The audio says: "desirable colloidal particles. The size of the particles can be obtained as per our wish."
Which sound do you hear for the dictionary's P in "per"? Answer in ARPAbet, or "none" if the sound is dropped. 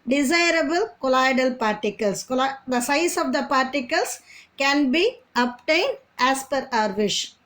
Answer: P